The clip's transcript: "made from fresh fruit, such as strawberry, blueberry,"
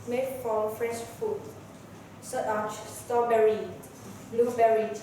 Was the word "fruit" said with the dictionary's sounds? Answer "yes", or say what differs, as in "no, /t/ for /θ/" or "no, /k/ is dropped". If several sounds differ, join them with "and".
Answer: no, /ɹ/ is dropped